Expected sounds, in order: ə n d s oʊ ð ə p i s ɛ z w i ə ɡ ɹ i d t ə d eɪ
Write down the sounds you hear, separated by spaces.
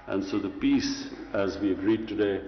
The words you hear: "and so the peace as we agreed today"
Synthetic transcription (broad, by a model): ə n s oʊ ð ə p i s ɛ z w i ə ɡ ɹ i d t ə d eɪ